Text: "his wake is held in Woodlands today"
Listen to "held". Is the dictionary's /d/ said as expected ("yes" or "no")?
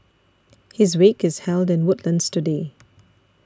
yes